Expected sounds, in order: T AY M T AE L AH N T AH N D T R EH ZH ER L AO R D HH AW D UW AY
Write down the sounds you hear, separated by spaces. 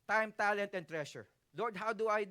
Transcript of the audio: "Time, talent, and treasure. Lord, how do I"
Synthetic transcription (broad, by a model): T AY M T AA L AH N T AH N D T R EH SH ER L AO R D HH AW D UW AY